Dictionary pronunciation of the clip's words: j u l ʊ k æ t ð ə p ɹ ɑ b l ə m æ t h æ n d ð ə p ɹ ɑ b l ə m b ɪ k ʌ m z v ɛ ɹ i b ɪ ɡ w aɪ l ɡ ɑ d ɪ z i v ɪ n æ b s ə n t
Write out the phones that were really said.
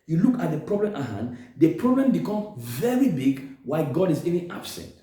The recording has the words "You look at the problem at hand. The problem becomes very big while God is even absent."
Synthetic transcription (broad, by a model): j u l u k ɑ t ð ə p ɹ ɑ b l ə m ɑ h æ n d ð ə p ɹ ɑ b l ə m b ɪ k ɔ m v ɛ ɹ i b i ɡ w aɪ ɡ ɑ d ɪ z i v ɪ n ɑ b s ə n t